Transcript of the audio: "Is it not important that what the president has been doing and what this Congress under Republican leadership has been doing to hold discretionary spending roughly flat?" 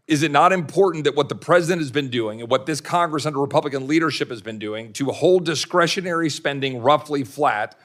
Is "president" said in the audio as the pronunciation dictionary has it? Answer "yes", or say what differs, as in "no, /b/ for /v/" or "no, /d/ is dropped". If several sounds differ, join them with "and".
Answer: yes